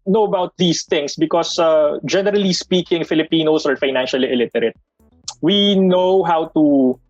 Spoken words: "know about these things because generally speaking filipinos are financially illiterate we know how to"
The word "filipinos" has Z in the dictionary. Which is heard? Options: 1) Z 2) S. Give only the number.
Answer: 2